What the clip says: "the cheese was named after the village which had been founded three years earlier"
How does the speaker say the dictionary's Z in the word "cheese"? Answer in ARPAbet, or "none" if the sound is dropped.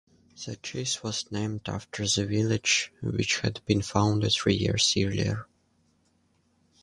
S